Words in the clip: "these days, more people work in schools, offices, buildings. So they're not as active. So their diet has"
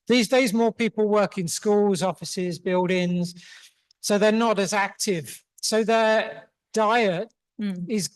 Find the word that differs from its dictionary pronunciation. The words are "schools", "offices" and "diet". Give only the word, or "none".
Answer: none